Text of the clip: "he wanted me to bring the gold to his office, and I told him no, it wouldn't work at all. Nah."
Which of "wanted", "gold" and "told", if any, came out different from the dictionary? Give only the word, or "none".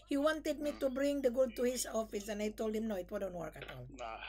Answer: gold